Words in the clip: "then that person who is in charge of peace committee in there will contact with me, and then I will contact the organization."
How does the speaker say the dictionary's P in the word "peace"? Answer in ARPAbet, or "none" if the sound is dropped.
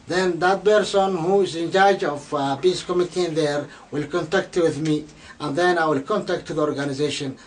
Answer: B